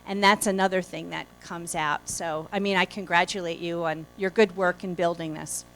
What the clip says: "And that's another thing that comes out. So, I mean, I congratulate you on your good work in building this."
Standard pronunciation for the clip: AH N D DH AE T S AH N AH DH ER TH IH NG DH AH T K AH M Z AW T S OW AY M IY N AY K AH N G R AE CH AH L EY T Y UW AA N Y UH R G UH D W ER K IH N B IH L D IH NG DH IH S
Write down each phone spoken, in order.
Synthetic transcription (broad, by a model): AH N DH AE T S AH N AH DH ER TH IH NG DH AH T K AH M Z AW T S OW AY M IY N AY K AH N G R AE CH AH L EY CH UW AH N Y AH R G UH D W ER K IH N B IH L D IH NG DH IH S